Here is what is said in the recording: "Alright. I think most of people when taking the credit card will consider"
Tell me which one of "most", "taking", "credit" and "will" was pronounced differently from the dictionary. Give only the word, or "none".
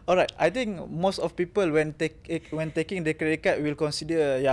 credit